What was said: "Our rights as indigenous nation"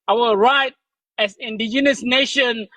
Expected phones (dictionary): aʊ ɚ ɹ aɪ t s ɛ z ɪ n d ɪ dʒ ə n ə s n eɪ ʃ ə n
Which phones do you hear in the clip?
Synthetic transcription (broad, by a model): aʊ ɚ ɹ aɪ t ɛ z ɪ n d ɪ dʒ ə n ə s n eɪ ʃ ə n